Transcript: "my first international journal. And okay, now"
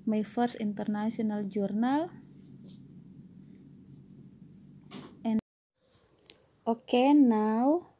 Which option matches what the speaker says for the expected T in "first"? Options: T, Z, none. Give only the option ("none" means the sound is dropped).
none